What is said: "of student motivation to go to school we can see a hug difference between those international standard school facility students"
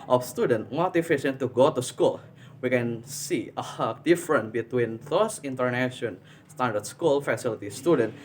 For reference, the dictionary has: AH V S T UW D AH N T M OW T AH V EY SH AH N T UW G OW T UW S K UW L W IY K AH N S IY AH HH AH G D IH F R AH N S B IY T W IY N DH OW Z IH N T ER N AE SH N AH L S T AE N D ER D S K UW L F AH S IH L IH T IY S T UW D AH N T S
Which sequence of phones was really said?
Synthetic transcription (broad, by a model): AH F S T UW D AH N T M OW T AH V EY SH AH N T UW G OW T UW S K UW L W IY K AH N S IY AH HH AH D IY F R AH N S B IY T W IY N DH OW S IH N T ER N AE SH AH N S T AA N D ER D S K UW L F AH S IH L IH T IY S T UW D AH N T